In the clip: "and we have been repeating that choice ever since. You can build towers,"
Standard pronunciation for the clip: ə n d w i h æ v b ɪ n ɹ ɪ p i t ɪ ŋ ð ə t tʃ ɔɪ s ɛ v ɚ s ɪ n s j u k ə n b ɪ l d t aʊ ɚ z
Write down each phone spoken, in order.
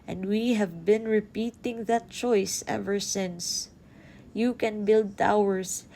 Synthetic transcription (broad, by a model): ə n d w i h æ v b ɪ n ɹ ɪ p i t ɪ ŋ ð ə t tʃ ɔɪ s ɛ v ɚ s ɪ n s j u k ə n b ɪ l d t aʊ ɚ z